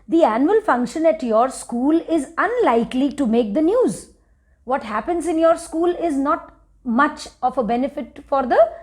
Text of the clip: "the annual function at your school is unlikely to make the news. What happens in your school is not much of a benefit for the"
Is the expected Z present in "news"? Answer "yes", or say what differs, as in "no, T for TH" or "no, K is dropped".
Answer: yes